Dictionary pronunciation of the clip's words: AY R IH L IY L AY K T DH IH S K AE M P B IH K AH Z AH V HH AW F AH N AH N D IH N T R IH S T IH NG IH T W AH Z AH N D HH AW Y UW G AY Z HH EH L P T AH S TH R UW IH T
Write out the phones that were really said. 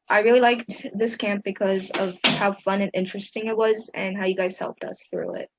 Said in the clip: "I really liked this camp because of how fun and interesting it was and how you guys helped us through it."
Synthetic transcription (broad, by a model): AY R IH L IY L AY K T DH IH S K AE M P B IH K AH Z AH V HH AW F AH N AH N IH N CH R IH S T IH NG IH T W AH Z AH N HH AW Y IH G AY Z HH EH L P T AH S TH R UW IH T